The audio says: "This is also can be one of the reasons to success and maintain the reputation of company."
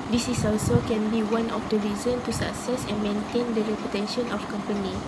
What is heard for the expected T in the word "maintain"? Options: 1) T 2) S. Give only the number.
1